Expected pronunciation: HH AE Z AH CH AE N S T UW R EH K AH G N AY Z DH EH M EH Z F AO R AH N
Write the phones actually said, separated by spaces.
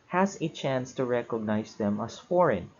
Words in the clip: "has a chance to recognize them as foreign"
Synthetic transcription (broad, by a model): HH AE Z AH CH AE N S T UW R EH K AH G N AY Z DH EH M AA S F AO R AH N